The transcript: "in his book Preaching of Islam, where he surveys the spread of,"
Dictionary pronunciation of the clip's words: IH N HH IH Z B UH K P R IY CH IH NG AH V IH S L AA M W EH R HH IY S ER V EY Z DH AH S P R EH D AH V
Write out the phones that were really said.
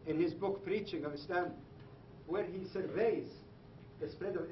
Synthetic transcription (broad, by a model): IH N HH IH Z B UH K P R IY CH IH NG AH V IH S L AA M W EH R HH IY S ER V EY Z DH AH S P R EH D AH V